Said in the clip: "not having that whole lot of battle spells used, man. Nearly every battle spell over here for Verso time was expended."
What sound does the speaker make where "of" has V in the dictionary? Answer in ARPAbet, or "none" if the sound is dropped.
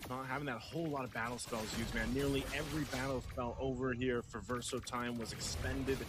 V